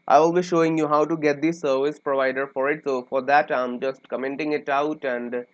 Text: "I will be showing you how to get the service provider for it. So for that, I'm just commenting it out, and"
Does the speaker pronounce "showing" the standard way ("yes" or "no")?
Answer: yes